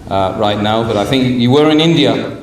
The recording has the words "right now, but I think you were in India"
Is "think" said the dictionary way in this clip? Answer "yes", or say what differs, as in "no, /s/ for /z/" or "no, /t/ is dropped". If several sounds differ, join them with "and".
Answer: yes